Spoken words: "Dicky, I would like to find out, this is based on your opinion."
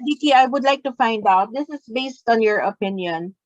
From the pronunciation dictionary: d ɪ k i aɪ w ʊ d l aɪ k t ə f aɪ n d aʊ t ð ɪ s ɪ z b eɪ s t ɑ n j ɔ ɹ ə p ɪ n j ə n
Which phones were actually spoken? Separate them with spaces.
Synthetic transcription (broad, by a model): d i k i aɪ w ʊ d l aɪ k t ə f aɪ n d aʊ t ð ɪ s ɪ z b eɪ s t ɑ n j ɔ ɹ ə p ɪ n j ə n